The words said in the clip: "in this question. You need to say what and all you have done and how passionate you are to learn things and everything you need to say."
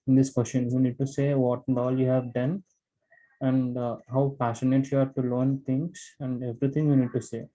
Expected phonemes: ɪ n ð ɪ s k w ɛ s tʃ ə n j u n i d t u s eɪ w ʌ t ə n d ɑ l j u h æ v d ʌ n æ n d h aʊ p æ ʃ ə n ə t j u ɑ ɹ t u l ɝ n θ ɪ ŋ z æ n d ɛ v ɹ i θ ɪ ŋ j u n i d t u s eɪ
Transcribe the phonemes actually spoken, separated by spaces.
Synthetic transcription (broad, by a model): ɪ n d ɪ s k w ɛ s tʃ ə n j u n i d t u s eɪ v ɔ t ə n d ɑ l j u h æ v d ʌ n æ n d h aʊ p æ s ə n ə t j u ɑ ɹ t u l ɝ n t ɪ ŋ s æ n d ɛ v ɹ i t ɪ ŋ j u n i d t u s eɪ